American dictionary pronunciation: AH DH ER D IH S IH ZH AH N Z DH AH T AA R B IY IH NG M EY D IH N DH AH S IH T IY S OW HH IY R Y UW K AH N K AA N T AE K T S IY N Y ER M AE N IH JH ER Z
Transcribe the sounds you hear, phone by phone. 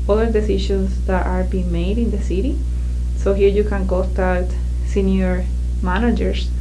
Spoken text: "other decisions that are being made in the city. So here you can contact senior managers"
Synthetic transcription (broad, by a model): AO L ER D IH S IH SH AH N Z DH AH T AA R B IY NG M EY D IH N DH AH S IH T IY S OW HH IY R Y UW K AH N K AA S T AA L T S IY N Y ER M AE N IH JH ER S